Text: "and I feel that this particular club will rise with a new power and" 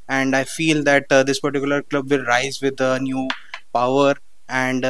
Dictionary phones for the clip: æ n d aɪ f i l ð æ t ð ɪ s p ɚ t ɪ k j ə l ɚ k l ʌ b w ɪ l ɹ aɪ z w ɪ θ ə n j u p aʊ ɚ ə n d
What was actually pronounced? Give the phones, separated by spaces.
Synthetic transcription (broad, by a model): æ n d aɪ f i l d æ t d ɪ s p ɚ t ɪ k j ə l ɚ k l ʌ b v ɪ l ɹ aɪ z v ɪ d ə n j u p aʊ ɚ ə n d